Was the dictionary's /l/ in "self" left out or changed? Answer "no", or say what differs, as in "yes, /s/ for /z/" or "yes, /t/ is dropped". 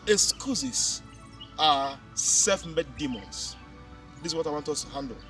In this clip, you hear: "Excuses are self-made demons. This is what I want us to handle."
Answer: yes, /l/ is dropped